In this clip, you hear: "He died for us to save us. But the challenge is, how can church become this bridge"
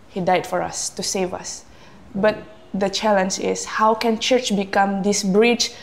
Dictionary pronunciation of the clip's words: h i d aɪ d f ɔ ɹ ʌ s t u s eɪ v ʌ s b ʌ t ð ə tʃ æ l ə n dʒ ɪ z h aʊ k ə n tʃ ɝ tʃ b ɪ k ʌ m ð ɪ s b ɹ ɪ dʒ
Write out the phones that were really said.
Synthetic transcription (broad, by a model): h i d aɪ d f ɔ ɹ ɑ s t u s eɪ v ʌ s b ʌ t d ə tʃ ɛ l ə n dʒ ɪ s h aʊ k ə n tʃ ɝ tʃ b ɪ k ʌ m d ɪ s b ɹ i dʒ